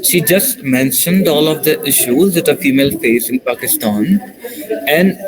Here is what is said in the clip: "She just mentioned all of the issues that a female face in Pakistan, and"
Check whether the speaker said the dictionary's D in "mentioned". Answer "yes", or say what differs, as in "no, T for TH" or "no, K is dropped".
yes